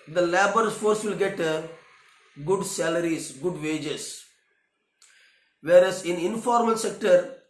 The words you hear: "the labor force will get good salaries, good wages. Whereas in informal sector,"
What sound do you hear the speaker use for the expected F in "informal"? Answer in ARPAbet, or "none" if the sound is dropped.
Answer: F